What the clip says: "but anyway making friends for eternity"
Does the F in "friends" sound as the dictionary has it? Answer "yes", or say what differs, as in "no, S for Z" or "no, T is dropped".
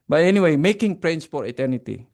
no, P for F